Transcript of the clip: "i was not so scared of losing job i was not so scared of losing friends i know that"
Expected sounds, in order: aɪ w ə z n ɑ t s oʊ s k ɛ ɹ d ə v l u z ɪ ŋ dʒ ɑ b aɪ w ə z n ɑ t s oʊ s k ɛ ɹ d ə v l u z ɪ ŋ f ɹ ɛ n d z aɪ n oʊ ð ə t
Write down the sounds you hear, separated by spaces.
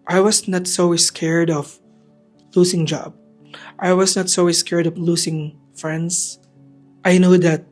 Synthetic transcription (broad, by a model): aɪ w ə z n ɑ t s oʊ s k ɛ ɹ d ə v l u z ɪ ŋ dʒ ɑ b aɪ w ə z n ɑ t s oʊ s k ɛ ɹ d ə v l u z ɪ ŋ f ɹ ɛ n d s aɪ n oʊ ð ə t